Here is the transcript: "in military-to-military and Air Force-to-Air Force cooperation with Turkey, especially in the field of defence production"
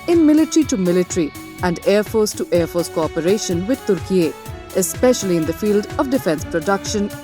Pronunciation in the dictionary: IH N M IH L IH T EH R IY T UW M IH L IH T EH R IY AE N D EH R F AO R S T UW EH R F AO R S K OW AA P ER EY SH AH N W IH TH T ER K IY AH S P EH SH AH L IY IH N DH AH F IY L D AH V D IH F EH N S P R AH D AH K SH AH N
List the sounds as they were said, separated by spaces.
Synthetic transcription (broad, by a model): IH N M IH L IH T R IY T UW M IH L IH T R IY AE N D EH R F AO R S T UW EH R F AO R S K OW AA P ER EY SH AH N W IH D T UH K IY AH S P EH SH AH L IY IH N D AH F IY L D AH V D IH F EH N S P R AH D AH K SH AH N